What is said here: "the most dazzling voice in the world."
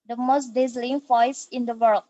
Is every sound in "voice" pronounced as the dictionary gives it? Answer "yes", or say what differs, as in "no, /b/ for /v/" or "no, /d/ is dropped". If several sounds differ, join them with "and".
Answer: no, /f/ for /v/